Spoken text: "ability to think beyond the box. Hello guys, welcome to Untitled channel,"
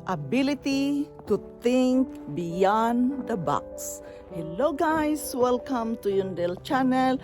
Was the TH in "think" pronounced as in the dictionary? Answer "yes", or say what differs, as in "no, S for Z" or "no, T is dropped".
no, T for TH